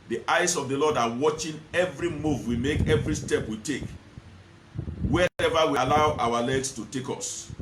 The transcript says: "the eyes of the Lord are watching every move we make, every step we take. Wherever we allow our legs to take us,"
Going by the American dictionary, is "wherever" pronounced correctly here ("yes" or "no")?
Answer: no